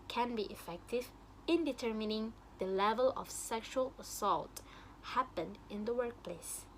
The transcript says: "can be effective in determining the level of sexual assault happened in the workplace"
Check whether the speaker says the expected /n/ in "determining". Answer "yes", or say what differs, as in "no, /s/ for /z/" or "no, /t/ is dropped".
yes